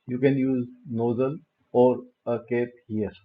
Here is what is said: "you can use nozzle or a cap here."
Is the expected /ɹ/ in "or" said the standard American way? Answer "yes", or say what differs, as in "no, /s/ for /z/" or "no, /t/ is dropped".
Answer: yes